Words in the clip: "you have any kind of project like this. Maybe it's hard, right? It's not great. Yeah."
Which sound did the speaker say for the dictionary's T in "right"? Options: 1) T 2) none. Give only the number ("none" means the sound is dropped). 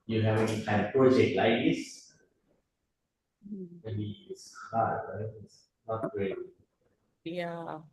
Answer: 2